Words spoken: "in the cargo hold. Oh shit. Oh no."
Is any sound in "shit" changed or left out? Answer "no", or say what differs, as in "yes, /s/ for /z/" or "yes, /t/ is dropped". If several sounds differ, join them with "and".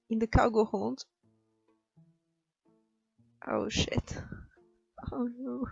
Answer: no